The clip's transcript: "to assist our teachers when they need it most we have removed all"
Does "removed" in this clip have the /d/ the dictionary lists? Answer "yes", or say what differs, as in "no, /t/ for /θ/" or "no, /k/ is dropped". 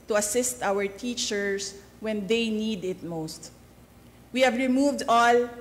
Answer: yes